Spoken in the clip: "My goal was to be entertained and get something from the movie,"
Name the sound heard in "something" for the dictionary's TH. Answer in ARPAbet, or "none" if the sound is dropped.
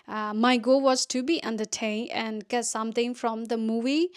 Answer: T